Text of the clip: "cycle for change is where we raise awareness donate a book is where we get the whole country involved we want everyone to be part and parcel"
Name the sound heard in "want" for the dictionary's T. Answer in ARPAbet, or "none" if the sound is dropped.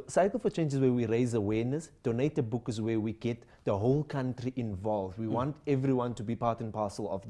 T